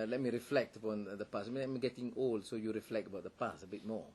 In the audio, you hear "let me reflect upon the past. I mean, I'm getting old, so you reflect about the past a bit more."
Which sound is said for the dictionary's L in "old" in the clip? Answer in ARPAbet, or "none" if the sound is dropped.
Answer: L